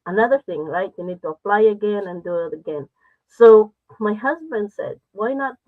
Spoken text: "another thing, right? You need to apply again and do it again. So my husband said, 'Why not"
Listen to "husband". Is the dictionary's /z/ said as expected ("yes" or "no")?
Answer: yes